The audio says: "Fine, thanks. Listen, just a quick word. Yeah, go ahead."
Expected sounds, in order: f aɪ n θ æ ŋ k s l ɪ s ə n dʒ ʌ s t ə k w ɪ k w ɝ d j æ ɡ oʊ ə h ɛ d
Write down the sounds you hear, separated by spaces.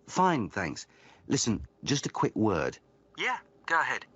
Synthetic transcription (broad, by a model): f aɪ n θ æ ŋ k s l ɪ s ə n dʒ ʌ s t ə k w ɪ k w ɝ d j æ ɡ oʊ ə h ɛ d